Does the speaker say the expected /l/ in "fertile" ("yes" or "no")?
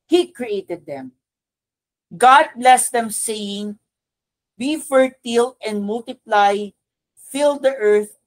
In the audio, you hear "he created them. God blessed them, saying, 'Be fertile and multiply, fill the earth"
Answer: yes